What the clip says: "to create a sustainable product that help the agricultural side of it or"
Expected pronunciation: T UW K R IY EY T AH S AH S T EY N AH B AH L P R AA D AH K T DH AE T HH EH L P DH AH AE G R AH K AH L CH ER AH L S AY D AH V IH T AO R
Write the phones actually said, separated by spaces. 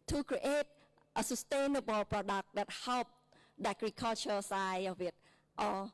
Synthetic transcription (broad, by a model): T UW K R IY EY T AH S AH S T EY N AH B AH L P R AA D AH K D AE T HH EH L P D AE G R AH K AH L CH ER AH S AY AH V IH T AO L